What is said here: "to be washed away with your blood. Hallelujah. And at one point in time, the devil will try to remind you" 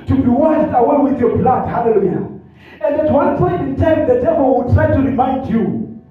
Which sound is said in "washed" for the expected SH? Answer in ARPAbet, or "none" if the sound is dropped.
S